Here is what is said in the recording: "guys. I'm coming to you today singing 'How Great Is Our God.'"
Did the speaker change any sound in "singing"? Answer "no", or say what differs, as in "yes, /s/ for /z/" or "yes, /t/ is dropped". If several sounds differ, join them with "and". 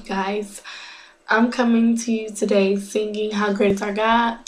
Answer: yes, /θ/ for /s/